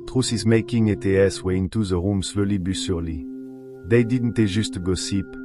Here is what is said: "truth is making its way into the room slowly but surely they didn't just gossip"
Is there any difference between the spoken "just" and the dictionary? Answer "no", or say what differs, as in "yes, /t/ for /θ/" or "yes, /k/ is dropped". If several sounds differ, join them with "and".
yes, /ʒ/ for /dʒ/